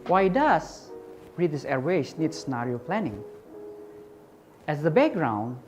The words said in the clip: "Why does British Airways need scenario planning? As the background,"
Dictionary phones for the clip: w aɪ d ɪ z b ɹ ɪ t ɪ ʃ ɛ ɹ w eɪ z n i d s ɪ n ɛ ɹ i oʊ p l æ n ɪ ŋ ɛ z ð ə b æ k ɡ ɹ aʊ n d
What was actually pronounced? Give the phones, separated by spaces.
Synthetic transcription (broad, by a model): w aɪ d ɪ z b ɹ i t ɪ s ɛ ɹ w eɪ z n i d s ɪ n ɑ ɹ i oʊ p l æ n ɪ ŋ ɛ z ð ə b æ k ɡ ɹ aʊ n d